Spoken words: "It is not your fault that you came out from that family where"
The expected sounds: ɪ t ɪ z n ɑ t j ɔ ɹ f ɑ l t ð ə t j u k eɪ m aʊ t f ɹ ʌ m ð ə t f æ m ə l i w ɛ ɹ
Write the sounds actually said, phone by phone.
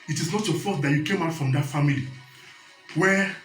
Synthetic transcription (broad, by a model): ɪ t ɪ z n ɑ t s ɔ f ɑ t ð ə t j u k eɪ m aʊ t f ɹ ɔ m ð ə t f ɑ m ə l i w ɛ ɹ